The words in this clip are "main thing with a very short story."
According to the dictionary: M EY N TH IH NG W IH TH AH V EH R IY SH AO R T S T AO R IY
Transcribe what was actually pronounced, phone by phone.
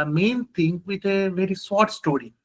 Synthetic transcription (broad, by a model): M EY N T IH NG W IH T AH V EH R IY S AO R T S T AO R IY